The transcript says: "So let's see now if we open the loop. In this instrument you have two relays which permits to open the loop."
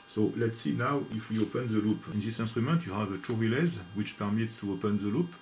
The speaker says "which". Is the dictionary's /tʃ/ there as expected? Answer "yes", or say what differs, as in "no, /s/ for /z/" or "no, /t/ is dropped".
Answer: yes